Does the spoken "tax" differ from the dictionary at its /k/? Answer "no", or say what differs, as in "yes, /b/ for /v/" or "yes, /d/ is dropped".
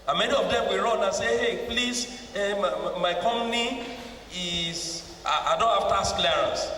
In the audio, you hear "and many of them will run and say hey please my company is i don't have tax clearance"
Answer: yes, /k/ is dropped